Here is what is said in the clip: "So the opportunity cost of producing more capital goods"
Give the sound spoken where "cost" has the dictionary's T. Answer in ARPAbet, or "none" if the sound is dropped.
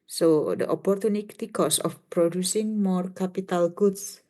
none